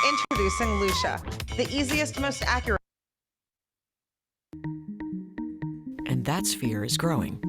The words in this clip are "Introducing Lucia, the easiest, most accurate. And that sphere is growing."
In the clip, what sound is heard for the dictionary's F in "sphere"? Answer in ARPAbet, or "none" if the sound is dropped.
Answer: F